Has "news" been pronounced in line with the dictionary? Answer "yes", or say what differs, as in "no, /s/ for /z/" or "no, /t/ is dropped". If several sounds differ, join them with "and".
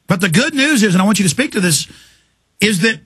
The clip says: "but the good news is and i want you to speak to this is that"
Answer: yes